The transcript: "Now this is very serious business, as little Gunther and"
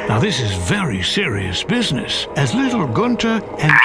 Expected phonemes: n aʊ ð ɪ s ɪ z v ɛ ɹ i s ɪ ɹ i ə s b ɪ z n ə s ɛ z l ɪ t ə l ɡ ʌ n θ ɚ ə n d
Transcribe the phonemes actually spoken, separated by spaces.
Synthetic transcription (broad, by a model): n aʊ ð ɪ s ɪ z v ɛ ɹ i s ɪ ɹ i ə s b ɪ z n ə s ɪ z l ɪ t l ɡ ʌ n t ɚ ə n